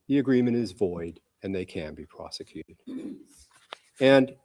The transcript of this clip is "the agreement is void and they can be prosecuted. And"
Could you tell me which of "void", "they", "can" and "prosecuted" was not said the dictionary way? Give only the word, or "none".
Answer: none